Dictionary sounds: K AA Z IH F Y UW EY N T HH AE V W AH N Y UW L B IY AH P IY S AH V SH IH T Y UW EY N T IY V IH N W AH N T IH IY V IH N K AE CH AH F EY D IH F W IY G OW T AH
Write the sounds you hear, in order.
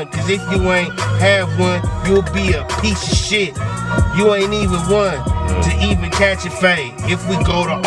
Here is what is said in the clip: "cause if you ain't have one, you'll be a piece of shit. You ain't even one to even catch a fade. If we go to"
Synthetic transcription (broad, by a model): K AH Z IH F Y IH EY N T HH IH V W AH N Y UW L B IY AH P IY S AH SH IH T Y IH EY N IY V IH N W AH N T IH IY V IH N K AE CH AH F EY IH F W IY G OW T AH